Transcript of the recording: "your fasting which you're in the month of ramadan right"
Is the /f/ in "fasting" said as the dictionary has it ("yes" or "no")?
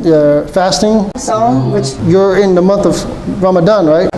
yes